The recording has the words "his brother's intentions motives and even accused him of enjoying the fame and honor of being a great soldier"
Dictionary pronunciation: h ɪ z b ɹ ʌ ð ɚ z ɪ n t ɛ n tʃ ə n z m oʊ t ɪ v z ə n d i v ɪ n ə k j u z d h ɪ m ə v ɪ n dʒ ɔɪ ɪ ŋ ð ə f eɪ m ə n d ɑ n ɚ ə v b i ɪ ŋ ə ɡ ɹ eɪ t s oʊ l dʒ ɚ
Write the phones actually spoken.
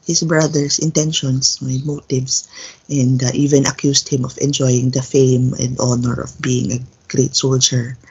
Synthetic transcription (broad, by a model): h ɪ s b ɹ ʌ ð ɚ s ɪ n t ɛ n ʃ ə n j m oʊ t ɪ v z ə n d i v ɪ n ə k j u s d h ɪ m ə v ɪ n dʒ ɔɪ ɪ ŋ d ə f eɪ m ə n d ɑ n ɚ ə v b i ɪ ŋ ə ɡ ɹ eɪ t s oʊ l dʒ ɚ